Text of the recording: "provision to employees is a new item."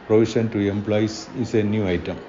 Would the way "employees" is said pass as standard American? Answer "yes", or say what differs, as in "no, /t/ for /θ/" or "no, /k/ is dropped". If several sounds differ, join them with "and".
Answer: no, /s/ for /z/